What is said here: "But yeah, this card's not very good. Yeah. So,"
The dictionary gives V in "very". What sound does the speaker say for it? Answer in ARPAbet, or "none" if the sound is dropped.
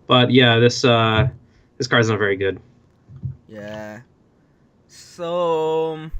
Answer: V